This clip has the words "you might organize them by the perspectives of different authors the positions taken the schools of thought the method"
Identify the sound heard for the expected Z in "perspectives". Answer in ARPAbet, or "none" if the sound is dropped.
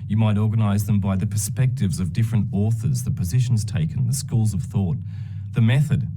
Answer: Z